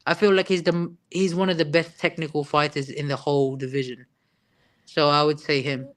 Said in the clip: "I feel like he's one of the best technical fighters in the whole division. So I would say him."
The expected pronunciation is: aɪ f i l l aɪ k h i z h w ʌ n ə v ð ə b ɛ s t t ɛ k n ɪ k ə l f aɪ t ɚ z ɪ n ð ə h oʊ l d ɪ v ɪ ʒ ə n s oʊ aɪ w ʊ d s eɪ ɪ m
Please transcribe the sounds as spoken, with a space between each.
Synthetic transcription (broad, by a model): aɪ f i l l aɪ k h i z h w ʌ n ə v ð ə b ɛ s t t ɛ k n ɪ k ə l f aɪ t ɚ z ɪ n ð ə h oʊ l d ɪ v ɪ ʒ ə n s oʊ aɪ w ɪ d s eɪ ɪ m